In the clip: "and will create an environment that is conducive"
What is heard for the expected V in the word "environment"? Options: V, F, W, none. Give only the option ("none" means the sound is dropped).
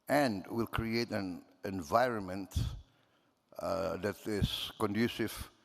V